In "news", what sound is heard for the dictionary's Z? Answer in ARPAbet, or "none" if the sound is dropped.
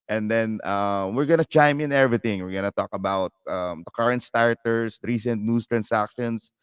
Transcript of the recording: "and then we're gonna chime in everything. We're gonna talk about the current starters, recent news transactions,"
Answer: S